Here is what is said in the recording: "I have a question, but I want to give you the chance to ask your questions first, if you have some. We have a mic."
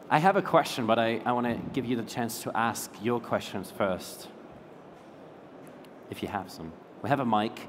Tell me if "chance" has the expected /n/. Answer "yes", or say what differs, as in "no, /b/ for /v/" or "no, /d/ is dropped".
yes